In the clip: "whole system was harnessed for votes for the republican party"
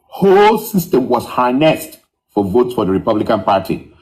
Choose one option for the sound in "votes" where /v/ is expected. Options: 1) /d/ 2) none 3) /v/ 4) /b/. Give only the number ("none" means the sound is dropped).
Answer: 3